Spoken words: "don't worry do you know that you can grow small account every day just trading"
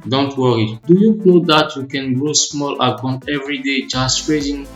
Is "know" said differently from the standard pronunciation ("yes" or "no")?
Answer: yes